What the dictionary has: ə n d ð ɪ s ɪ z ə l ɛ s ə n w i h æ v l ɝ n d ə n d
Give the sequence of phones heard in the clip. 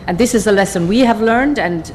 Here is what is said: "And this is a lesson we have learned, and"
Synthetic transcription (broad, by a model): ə n ð ɪ s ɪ z ə l ɛ s ə n w i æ v l ɝ n d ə n